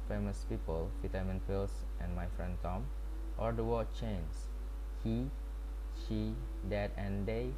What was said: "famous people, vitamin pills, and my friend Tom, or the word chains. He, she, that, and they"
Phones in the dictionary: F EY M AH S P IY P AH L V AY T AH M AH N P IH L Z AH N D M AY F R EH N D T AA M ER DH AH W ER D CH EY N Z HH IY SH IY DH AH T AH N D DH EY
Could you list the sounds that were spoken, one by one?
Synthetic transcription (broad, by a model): F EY M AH S P IY P AH L F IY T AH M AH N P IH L S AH N M AY F R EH N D T AA M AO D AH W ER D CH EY N S HH IY SH IY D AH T AH N D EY